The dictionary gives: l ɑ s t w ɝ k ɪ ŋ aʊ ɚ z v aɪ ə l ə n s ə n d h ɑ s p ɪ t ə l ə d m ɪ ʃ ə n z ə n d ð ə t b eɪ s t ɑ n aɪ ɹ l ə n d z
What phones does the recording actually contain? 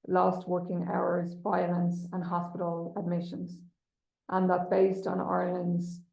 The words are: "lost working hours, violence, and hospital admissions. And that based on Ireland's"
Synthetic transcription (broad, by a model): l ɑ s t w ɝ k ɪ ŋ aʊ ɚ z v aɪ ə l ə n s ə n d h ɑ s p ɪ t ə l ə d m ɪ ʃ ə n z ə n ð ə t b eɪ s t n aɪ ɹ l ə n d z